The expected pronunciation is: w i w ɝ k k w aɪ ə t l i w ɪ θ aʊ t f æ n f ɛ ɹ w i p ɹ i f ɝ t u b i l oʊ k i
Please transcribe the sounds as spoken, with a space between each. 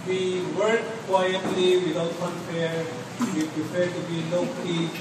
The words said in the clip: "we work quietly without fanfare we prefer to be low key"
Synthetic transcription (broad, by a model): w i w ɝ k k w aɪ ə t l i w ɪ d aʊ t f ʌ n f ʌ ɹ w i p ɹ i p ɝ t u b i l oʊ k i